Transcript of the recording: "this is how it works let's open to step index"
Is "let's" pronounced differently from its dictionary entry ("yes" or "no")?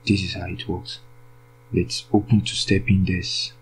no